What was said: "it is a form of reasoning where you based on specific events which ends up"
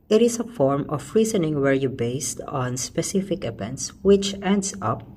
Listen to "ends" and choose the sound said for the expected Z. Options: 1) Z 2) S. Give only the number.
2